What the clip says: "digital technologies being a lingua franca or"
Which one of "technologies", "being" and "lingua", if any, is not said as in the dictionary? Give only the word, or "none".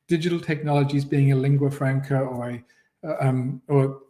none